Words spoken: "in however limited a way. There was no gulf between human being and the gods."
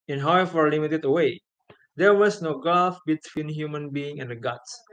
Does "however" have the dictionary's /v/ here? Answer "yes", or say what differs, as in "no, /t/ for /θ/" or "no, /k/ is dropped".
no, /f/ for /v/